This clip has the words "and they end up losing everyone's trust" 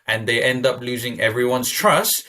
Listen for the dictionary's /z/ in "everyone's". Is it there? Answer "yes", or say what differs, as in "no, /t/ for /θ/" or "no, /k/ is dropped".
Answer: no, /s/ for /z/